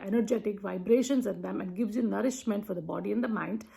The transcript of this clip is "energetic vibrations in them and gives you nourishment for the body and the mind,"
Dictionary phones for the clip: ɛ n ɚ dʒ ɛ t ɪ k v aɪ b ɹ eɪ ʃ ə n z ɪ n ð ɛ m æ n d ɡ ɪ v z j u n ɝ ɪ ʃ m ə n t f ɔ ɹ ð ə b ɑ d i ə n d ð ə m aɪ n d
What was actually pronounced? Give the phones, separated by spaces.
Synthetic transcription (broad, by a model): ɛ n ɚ dʒ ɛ t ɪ k v aɪ b ɹ eɪ ʃ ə n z ɪ n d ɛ m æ n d ɡ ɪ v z j u n ɝ ɪ ʃ m ə n t f ɔ ɹ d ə b ɑ d i ə n d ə m aɪ n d